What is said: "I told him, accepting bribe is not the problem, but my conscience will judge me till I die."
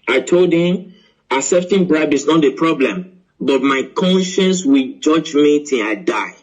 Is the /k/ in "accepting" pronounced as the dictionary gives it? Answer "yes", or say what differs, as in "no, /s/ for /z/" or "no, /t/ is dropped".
no, /k/ is dropped